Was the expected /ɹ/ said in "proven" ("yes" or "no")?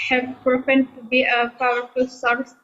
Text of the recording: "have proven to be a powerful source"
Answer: no